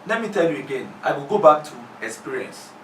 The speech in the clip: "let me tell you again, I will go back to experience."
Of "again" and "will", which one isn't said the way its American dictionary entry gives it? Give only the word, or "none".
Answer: none